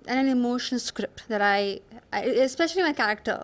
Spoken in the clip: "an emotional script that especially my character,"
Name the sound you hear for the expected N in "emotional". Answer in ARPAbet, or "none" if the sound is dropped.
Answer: none